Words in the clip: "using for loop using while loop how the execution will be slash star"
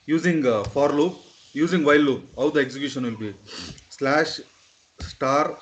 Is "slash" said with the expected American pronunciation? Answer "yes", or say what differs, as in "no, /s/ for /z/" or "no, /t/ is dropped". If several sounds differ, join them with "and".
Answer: yes